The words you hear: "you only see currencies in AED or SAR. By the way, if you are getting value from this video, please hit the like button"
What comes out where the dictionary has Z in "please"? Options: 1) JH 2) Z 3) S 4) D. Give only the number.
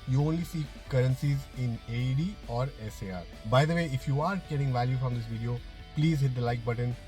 2